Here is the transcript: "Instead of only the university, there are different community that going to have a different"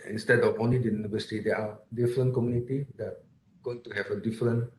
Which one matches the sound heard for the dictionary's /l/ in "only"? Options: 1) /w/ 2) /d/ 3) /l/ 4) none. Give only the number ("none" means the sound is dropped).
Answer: 4